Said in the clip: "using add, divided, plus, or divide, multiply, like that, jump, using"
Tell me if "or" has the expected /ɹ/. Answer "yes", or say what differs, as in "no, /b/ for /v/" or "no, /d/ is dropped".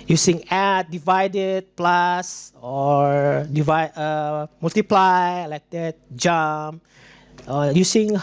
yes